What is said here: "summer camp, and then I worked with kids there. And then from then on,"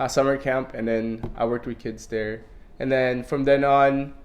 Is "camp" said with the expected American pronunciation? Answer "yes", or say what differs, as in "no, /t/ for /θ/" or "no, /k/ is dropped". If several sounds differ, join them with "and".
yes